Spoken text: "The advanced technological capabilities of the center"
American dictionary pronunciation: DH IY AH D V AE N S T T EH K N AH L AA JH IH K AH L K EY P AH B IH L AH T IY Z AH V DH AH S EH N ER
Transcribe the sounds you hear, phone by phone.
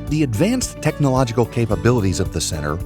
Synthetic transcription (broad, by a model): DH IY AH D V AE N S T T EH K N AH L AA JH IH K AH L K EY P AH B IH L AH T IY Z AH V DH AH S EH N ER